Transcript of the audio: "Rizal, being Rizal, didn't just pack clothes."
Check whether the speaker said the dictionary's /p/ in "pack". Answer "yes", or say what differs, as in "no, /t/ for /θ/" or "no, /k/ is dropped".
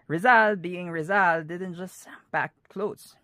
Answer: no, /b/ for /p/